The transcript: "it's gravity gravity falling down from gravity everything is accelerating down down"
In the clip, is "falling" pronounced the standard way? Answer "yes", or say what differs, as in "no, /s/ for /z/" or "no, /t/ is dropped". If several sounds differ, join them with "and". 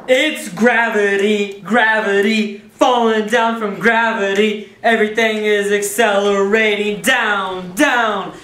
yes